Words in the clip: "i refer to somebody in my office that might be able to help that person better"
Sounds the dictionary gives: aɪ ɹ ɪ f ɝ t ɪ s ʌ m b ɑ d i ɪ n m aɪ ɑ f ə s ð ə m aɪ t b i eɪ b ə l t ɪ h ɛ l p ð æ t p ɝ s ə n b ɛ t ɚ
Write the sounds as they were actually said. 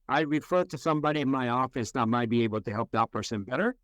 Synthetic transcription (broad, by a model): aɪ ɹ ɪ f ɝ t ɪ s ʌ m b ɑ d i ɪ n m aɪ ɑ f ə s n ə m aɪ t b i eɪ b l t ɪ h ɛ l p ð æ t p ɝ s ə n b ɛ t ɚ